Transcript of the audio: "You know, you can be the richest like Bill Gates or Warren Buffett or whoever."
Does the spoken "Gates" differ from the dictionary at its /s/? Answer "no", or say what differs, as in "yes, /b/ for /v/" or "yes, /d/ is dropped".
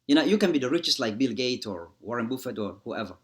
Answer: yes, /s/ is dropped